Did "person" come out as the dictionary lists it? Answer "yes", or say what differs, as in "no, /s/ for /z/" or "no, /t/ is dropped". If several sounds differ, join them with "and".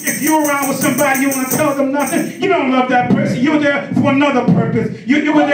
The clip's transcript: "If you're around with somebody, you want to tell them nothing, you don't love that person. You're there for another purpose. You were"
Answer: yes